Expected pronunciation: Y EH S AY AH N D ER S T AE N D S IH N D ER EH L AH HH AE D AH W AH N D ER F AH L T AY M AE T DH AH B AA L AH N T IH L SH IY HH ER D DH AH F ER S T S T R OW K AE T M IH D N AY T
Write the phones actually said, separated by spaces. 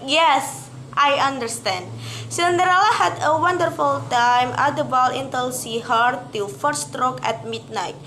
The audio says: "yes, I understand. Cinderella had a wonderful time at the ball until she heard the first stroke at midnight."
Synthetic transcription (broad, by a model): Y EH S AY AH N D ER S T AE N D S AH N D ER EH L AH HH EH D AH W AH N D ER F AH L T AY M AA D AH B AA L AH N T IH L S IY HH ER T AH F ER T S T R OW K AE T M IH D N AY T